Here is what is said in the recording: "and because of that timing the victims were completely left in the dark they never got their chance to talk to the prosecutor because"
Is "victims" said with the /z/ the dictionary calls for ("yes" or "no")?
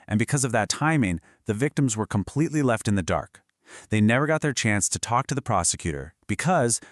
yes